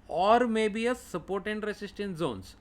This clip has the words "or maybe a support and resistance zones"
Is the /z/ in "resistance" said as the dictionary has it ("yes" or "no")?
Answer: no